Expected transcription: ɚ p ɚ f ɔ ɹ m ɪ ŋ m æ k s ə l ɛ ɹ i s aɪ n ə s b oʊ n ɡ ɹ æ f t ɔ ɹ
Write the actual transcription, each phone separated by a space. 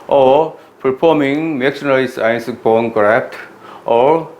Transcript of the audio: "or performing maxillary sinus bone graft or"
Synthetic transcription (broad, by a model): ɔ p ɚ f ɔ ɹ m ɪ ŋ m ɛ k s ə n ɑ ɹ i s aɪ n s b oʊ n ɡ ɹ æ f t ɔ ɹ